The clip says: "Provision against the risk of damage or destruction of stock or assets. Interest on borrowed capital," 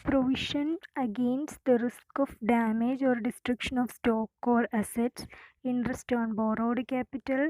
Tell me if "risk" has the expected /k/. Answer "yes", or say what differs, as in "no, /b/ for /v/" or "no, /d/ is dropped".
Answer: yes